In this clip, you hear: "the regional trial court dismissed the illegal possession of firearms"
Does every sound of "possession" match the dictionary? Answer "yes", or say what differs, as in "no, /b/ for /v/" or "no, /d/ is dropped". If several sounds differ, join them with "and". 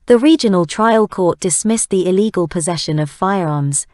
yes